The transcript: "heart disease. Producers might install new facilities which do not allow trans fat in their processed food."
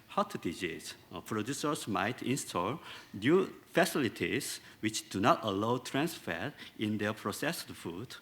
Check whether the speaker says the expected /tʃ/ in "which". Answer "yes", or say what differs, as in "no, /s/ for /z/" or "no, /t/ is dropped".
yes